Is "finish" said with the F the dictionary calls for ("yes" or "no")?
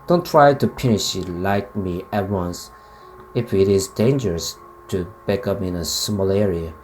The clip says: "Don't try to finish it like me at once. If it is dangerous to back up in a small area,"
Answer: no